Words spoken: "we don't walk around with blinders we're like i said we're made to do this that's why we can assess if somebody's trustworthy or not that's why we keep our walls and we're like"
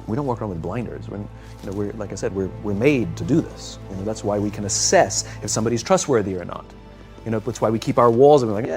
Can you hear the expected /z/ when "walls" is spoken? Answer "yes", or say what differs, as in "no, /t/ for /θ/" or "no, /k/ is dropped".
yes